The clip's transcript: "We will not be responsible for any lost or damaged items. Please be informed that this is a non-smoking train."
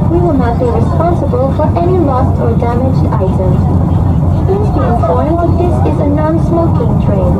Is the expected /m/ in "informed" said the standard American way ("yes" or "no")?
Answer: no